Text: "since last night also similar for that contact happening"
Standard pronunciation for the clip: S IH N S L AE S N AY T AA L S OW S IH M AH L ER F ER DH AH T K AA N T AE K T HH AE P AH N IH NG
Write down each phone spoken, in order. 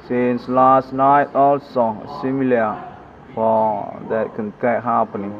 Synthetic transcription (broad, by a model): S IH N S L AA S N AY T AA L S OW S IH M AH L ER F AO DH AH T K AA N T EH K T HH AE P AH N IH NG